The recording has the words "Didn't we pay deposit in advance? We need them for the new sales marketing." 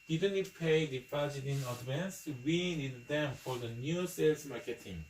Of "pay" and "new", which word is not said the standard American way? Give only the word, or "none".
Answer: none